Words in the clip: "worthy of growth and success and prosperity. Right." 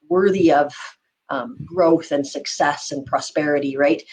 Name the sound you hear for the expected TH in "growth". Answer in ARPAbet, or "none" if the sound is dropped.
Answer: TH